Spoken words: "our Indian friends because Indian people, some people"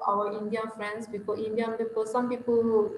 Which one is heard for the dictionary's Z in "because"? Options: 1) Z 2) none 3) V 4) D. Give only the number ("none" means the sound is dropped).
2